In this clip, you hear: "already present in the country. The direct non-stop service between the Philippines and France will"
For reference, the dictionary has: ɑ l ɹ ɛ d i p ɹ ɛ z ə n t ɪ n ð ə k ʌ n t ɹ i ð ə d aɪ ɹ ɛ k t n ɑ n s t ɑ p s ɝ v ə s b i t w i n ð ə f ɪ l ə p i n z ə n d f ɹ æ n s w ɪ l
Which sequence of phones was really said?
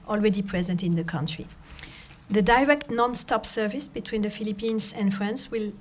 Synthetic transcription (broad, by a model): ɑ l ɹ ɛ d i p ɹ ɛ z ə n t ɪ n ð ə k ʌ n t ɹ i ð ə d aɪ ɹ ɛ k t n ɑ n s t ɑ p s ɝ v ə s b i t w i n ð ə f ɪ l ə p i n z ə n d f ɹ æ n s w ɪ l